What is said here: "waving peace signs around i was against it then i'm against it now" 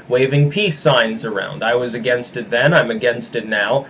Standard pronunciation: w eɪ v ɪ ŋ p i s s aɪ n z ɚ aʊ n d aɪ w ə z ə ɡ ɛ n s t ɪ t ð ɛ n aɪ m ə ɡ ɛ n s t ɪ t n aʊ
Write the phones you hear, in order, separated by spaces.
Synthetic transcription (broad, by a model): w eɪ v ɪ ŋ p i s s aɪ n z ɚ aʊ n d aɪ w ə z ə ɡ ɛ n s t ɪ t ð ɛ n aɪ m ə ɡ ɛ n s t ɪ t n aʊ